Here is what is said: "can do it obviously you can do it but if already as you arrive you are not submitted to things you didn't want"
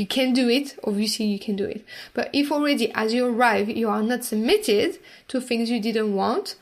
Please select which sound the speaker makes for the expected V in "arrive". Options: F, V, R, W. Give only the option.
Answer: V